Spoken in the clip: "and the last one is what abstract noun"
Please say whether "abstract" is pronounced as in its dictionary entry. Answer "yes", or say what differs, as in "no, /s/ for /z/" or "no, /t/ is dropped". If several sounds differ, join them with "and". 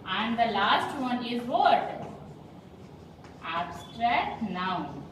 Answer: yes